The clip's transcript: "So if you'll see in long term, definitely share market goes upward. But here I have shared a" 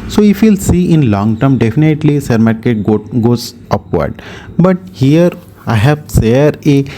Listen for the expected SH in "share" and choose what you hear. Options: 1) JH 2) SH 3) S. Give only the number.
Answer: 3